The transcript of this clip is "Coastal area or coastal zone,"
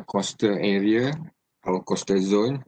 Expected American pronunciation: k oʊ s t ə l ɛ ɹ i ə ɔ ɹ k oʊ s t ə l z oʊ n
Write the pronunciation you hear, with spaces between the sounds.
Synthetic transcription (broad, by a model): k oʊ s t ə ɛ ɹ i ə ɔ w k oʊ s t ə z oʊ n